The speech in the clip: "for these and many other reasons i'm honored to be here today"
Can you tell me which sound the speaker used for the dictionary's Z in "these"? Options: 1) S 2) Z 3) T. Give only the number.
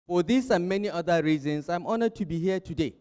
1